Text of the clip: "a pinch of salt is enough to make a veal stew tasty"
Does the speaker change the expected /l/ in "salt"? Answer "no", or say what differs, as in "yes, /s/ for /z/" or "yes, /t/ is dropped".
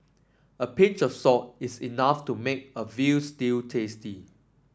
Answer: yes, /l/ is dropped